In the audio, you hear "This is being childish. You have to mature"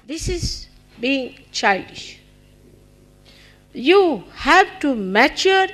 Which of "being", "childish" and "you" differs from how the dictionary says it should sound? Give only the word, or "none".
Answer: none